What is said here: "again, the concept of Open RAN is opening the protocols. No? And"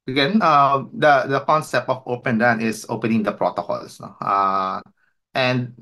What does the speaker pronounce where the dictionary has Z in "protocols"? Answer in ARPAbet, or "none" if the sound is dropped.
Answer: S